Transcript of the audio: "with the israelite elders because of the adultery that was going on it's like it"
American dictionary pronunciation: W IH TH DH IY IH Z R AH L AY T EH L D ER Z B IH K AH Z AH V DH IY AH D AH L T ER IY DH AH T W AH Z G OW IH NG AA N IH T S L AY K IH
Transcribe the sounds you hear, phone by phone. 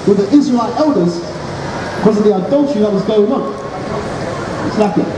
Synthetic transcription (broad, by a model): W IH DH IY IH Z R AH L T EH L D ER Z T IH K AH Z AH V DH IY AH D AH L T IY DH AH T W AH Z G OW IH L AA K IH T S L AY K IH